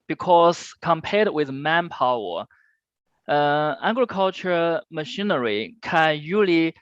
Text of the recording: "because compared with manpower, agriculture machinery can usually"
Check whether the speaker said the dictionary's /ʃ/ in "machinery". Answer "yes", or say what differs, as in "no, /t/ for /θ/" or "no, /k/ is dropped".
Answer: yes